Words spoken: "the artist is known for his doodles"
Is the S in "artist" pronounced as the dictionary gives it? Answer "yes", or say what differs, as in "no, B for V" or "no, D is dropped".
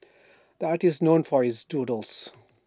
no, S is dropped